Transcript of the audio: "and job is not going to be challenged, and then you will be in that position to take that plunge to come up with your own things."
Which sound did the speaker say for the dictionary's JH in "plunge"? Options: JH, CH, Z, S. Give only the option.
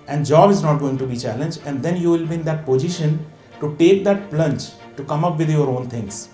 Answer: CH